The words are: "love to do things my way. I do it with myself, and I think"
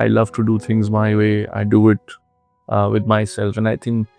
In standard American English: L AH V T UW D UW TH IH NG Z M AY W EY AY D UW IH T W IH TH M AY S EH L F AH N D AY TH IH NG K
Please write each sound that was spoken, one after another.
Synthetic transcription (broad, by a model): L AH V T UW D UW T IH NG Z M AY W EY AY D UW IH T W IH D M AY S EH L F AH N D AY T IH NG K